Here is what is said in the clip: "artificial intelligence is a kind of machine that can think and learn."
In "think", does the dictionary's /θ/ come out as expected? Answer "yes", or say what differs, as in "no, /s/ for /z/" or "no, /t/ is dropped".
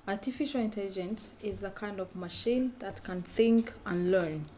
yes